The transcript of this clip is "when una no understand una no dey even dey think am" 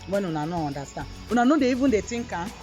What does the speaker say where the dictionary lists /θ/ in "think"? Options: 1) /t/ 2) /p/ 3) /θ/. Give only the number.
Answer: 1